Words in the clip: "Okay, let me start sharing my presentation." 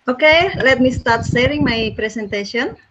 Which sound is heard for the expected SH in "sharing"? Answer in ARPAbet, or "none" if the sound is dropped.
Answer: S